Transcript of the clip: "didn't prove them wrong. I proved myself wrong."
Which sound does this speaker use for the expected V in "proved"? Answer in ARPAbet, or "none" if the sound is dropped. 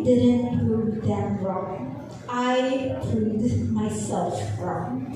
none